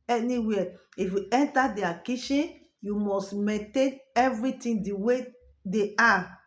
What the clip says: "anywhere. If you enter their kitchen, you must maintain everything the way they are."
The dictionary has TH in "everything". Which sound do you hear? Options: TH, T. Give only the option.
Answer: T